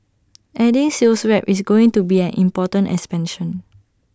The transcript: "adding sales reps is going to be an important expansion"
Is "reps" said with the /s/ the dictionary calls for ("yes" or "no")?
no